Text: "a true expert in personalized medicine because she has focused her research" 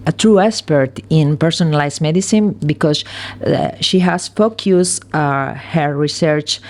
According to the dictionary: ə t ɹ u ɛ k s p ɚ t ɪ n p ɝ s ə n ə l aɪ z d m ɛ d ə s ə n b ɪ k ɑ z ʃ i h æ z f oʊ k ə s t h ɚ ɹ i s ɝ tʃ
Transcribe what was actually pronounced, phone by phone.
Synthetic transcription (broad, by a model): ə t ɹ u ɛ s p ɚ t ɪ n p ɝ s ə n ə l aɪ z m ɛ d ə s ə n b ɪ k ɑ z ʃ i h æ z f oʊ k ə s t h ɚ ɹ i s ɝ tʃ